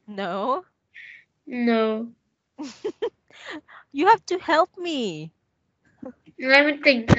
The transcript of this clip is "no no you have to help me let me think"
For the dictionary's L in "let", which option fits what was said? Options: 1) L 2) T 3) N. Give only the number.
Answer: 3